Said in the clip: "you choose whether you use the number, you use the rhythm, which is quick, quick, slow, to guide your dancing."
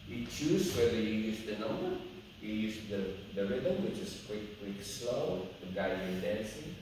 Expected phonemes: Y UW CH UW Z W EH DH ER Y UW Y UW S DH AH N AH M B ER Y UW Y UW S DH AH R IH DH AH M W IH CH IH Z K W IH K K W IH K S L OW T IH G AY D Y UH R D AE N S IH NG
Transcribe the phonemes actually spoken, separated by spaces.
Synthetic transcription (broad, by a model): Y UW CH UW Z W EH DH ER Y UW Y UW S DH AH N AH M ER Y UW Y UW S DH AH R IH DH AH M W IH CH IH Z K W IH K K W IH K S L OW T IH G AY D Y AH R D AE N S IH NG